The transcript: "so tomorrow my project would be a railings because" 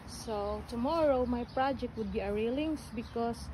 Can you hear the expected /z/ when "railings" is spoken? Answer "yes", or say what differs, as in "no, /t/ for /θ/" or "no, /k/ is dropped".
no, /s/ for /z/